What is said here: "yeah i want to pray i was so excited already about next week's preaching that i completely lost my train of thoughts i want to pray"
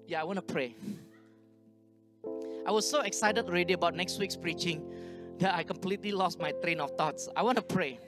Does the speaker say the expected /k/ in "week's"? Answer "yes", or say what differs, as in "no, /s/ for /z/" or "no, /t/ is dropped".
yes